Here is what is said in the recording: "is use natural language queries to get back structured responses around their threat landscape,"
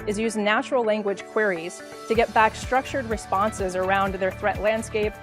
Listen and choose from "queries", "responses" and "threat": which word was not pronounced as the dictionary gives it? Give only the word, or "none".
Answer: none